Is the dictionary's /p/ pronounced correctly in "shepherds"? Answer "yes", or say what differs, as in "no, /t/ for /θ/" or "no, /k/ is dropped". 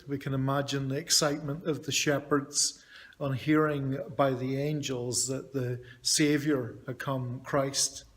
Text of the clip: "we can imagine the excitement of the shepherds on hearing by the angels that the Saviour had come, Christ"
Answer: yes